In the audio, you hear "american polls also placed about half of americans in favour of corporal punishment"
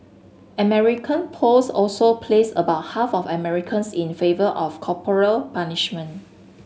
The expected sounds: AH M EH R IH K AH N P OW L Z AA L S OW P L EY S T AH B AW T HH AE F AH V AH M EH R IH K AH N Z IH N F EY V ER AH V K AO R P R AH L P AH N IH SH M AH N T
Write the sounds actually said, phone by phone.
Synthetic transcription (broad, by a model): AH M EH R IH K AH N P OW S AA L S OW P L EY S AH B AW T HH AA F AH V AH M EH R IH K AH N S IH N F EY V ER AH F K AO P R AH L P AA N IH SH M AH N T